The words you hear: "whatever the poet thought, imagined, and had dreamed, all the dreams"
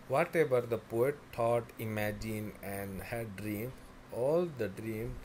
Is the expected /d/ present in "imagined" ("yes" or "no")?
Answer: no